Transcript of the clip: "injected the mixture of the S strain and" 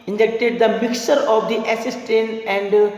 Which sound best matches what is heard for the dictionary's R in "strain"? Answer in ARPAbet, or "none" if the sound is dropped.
none